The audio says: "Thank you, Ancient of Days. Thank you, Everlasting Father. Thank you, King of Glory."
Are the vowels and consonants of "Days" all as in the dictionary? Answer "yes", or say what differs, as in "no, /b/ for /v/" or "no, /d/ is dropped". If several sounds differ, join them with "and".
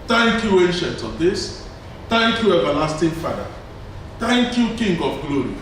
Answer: no, /s/ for /z/